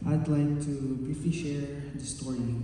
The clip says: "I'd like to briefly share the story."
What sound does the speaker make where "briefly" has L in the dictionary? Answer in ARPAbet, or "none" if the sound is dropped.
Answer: none